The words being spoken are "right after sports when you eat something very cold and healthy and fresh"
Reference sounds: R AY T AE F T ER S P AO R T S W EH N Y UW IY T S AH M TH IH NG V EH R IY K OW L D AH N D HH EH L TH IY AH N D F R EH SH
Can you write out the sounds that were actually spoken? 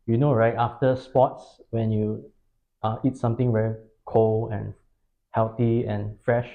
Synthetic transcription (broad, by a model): R AY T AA F T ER S P AO T S W EH N Y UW IY T S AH M T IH NG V EH R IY K OW L AH N HH EH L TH IY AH N F R EH SH